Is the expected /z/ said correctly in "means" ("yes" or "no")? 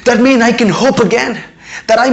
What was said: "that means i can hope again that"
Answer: no